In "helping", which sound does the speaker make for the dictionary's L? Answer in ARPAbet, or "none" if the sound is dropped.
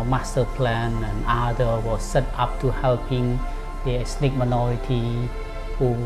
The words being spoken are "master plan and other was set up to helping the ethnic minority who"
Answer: L